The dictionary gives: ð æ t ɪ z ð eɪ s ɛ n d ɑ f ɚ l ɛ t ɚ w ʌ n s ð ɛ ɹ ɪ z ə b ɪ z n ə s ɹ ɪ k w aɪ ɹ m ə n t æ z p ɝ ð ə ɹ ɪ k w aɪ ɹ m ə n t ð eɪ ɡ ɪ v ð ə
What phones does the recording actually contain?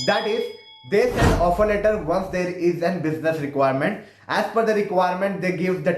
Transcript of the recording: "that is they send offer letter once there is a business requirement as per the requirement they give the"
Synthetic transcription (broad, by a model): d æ t ɪ z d eɪ s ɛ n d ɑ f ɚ l ɛ t ɚ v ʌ n s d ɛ ɹ ɪ z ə b ɪ z n ə s ɹ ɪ k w aɪ ɹ m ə n t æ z f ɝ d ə ɹ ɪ k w aɪ ɹ m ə n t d eɪ ɡ ɪ v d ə